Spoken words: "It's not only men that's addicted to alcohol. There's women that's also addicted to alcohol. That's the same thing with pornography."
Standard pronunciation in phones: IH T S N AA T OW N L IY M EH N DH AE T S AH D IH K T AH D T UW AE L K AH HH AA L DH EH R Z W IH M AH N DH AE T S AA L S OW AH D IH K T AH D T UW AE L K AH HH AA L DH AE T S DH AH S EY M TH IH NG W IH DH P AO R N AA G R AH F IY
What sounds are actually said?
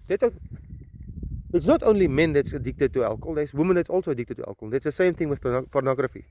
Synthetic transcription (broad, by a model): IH T S N AA T OW N L IY M EH N DH AE T S AH D IH K T AH D T UW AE L K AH L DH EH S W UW M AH N DH AE T S AA L S OW AH D IH K T AH D T UW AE L K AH L DH AE T S DH AH S EY M TH IH NG W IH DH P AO R N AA G R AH F IY